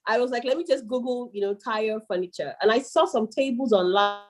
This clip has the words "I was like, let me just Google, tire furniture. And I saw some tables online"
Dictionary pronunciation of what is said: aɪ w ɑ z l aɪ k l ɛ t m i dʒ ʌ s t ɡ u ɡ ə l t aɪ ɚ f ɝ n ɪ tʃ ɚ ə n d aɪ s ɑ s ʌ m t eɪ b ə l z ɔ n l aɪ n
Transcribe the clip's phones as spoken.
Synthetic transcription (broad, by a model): aɪ w ɑ z l aɪ k l ɛ t m i dʒ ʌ s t ɡ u ɡ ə n t aɪ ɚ f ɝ n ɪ tʃ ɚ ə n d aɪ s ɑ s ʌ m t eɪ b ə l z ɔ n l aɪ